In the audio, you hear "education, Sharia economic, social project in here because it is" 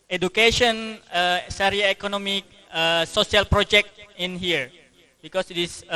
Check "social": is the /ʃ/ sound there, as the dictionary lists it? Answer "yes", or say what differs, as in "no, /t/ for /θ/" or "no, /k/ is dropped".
no, /s/ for /ʃ/